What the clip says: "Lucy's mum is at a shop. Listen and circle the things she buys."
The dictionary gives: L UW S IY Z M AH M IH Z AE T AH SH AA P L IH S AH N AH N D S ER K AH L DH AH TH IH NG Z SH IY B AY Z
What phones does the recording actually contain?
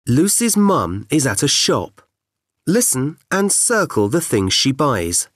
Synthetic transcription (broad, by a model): L UW S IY Z M AH M IH Z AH T AH SH AA P L IH S AH N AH N S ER K AH L DH AH TH IH NG Z SH IY B AY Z